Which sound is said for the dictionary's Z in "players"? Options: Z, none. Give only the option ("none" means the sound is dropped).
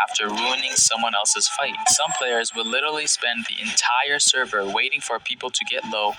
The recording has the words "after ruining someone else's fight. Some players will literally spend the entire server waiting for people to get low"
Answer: Z